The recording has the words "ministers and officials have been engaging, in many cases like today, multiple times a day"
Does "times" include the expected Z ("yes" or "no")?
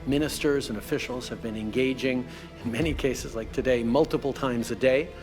yes